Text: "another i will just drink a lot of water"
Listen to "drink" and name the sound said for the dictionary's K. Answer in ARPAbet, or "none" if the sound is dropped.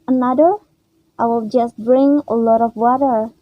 none